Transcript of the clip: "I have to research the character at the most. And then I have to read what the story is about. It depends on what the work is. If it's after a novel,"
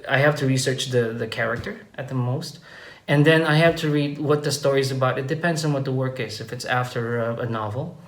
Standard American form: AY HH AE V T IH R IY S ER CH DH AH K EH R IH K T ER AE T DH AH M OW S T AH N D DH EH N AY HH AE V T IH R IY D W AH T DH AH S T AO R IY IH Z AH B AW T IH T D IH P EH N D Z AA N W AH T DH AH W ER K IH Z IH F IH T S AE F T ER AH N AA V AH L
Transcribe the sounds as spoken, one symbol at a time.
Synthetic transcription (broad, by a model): AY HH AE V T IH R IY S ER CH DH AH K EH R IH K T ER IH T DH AH M OW S T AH N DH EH N AY HH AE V T IH R IY D W AH T DH AH S T AO R IY Z AH B AW T IH T D IH P EH N D Z N W AH T DH AH W ER K IH Z IH F IH T S AE F T ER AH N AA V L